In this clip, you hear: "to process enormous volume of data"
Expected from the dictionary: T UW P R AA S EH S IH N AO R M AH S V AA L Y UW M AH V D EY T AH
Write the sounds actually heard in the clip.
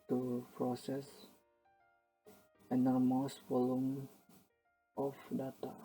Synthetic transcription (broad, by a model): T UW P R AA S EH S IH N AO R M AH S F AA L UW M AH F D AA T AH